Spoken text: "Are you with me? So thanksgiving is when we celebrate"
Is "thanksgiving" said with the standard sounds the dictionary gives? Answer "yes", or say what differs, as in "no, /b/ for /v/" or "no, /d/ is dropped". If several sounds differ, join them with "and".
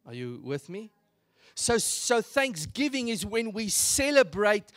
yes